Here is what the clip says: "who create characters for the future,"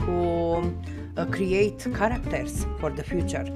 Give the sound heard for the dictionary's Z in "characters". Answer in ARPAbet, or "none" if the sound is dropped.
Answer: S